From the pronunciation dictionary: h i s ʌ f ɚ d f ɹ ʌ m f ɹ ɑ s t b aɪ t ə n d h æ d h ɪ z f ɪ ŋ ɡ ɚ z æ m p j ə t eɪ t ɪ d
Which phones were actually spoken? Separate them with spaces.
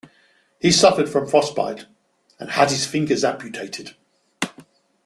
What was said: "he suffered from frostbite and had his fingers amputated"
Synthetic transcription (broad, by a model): h i s ʌ f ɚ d f ɹ ʌ m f ɹ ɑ s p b aɪ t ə n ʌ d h ɪ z f ɪ ŋ ɡ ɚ z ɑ p j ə t eɪ t ɪ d